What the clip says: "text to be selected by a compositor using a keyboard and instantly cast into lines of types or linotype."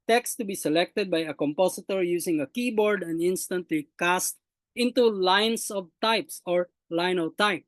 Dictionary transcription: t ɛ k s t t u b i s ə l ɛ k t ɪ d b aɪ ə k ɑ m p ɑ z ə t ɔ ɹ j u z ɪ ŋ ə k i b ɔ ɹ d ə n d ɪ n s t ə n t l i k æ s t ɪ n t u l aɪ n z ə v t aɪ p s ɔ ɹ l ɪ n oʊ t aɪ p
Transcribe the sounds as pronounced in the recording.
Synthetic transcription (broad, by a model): t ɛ k s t t u b i s ə l ɛ k t ɪ d b aɪ ə k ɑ m p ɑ s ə t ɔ ɹ j u s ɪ ŋ ə k i b ɔ ɹ d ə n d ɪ n s t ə n t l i k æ s t ɪ n t u l aɪ n s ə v t aɪ p s ɔ ɹ l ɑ n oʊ t aɪ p